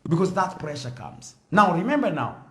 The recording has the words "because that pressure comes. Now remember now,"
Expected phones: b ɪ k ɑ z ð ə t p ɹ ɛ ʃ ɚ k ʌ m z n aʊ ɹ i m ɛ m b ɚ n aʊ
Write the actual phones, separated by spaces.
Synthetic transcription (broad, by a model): b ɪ k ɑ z ð ə t p ɹ ɛ ʃ ɚ k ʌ m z n aʊ ɹ i m ɛ m b ɚ n aʊ